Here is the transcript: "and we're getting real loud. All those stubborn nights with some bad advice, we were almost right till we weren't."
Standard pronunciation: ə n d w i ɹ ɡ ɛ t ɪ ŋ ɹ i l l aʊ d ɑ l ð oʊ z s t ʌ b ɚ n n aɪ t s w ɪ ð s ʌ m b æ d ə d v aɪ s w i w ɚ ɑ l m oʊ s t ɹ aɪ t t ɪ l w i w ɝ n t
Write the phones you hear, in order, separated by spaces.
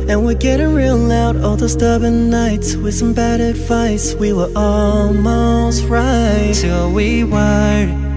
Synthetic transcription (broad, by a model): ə n w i l ɡ ɛ t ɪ ɹ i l l aʊ d ɑ l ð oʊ s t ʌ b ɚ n n aɪ t s w ɪ ð s ʌ m b æ d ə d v aɪ s w i w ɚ ɑ l m oʊ s t ɹ aɪ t t ɪ l w i w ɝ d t